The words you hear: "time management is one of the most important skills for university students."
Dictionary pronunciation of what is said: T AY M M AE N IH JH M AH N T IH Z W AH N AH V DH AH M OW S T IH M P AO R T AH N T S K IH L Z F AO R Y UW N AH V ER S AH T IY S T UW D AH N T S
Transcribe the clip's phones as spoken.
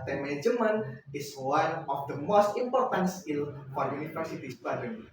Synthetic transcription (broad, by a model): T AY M M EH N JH M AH N IH S W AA N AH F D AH M OW S T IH M P AO R T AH N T S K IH L F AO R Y UW N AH F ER S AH T IY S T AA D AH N